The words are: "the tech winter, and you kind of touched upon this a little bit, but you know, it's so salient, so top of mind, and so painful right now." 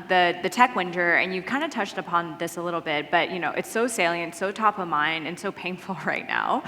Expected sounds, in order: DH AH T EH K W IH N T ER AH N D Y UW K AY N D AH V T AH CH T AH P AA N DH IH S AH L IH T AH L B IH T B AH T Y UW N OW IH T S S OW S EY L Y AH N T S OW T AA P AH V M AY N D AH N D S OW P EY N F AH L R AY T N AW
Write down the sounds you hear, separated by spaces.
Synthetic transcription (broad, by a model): DH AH T EH K W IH N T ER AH N Y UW K AY N D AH T AH CH T AH P AA N DH IH S AH L IH T L B IH T B AH T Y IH N OW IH T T S OW S EY L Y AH N T S OW T AA P AH V M AY N AH N S OW P EY N F L R AY T N AW